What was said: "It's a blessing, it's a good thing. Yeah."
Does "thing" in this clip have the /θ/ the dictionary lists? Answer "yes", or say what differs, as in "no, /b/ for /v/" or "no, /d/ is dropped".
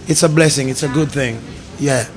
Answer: yes